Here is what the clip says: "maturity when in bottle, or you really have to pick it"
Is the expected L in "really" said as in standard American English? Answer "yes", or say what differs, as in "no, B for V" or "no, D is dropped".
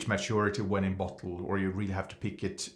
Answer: yes